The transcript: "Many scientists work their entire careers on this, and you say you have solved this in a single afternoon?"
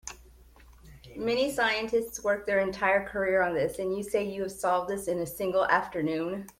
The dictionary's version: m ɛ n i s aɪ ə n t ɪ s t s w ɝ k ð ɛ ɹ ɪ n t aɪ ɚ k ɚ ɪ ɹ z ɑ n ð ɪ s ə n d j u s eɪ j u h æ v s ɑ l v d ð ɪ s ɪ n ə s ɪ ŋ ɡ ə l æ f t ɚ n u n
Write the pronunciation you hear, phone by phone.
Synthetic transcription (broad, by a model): m ɛ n i s aɪ ə n t ɪ s t s w ɝ k ð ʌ ɹ ɪ n t aɪ ɚ k ɚ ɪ ɹ ʌ n ð ɪ s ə n j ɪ s eɪ j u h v s ɑ l v d ð ɪ s ɪ n ə s ɪ ŋ ɡ l æ f t ɚ n u n